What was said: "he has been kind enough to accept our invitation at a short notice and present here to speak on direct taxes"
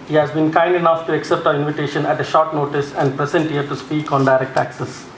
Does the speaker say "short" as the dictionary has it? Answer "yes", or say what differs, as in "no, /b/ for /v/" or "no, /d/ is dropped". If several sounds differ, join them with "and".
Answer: yes